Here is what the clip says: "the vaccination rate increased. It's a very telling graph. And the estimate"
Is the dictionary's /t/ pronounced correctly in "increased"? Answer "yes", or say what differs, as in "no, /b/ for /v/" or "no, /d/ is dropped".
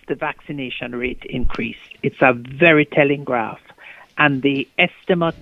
yes